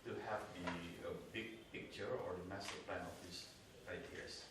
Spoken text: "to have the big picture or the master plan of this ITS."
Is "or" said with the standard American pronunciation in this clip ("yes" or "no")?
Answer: yes